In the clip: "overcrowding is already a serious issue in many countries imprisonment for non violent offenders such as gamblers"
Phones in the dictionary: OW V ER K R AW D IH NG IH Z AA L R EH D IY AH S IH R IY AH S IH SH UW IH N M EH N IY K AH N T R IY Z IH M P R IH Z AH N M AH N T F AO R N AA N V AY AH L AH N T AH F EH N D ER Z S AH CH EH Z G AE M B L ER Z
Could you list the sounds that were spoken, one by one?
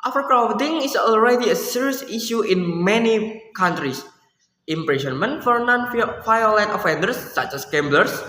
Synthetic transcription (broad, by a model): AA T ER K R AW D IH NG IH S AA L R EH D IY AH S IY R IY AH S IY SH UW IH N M EH N IY K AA N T R IY S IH M P R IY S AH N M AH N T F AO R N AA N F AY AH L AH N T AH F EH N D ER S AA CH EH S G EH M B L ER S